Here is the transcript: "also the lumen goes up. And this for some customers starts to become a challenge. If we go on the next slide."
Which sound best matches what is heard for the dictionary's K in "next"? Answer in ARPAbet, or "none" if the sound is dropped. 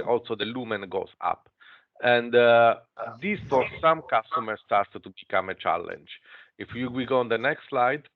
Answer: K